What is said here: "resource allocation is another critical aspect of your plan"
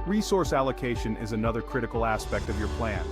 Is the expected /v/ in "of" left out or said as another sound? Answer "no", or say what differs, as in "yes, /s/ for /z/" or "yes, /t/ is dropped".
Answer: no